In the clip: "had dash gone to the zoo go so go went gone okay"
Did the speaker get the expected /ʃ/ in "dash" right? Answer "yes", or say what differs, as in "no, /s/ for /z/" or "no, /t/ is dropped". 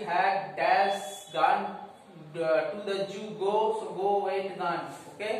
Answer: no, /s/ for /ʃ/